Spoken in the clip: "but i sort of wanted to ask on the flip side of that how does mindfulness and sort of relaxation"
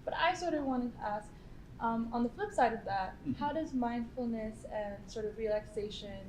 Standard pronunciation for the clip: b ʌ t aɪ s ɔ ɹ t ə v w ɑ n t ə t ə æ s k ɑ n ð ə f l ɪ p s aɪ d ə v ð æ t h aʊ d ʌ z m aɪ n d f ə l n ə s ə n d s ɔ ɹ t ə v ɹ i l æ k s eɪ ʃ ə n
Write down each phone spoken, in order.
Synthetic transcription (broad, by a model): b ʌ t aɪ s ɔ ɹ t ə v w ɑ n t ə t ə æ s k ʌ n ð ə f l ɪ p s aɪ d ə v ð æ t h aʊ d ʌ z m aɪ n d f l n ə s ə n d s ɔ ɹ t ə v ɹ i l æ k s eɪ ʃ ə n